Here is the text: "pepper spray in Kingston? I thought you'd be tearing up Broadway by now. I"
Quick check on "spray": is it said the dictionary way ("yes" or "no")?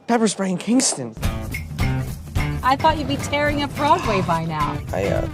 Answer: no